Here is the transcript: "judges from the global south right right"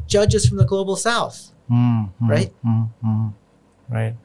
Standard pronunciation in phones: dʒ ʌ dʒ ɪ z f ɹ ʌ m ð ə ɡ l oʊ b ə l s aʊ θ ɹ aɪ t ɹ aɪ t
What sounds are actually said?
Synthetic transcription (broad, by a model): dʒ ʌ dʒ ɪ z f ɹ ʌ m ð ə ɡ l oʊ b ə l s aʊ θ ɹ aɪ t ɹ aɪ t